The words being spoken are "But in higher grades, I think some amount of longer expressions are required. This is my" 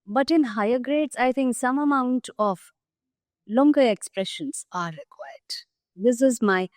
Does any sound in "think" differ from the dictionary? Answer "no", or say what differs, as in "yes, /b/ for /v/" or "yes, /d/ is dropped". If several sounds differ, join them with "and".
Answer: yes, /t/ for /θ/